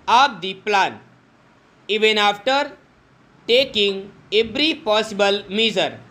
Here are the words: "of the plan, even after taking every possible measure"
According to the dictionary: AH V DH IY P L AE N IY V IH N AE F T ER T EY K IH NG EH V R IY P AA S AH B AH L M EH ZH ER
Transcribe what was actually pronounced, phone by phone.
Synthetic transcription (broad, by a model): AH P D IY P L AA N IY V IH N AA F T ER T EY K IH NG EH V R IY P AA S AH B AH L M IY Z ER